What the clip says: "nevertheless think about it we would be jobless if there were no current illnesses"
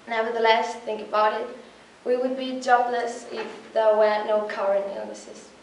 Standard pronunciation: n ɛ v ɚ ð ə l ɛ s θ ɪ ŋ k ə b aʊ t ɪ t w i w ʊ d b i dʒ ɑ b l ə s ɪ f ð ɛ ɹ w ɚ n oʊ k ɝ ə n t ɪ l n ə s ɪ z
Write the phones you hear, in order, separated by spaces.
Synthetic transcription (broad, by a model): n ɛ v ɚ ð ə l ɛ s θ ɪ ŋ k ə b aʊ t ɪ t w i w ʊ d b i dʒ ɑ b l ə s ɪ f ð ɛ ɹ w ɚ n oʊ k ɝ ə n ɪ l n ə s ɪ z